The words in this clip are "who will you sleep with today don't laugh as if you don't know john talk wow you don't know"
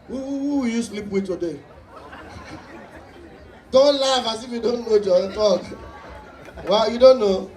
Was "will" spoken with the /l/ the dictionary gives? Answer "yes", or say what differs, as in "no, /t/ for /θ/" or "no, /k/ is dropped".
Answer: no, /w/ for /l/